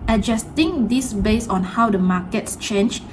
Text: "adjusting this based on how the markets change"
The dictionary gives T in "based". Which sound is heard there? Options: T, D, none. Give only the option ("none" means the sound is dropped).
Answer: none